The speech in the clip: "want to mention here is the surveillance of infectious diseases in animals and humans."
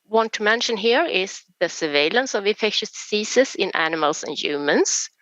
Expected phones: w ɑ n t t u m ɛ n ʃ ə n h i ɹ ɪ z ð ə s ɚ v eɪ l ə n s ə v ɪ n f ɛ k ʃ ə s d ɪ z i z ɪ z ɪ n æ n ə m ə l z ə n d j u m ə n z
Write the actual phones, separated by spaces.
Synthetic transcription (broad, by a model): w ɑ n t t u m ɛ n ʃ ə n h i ɹ ɪ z ð ə s ɚ v eɪ l ə n s ə v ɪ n f ɛ k ʃ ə s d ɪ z i s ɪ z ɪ n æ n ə m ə l s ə n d j u m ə n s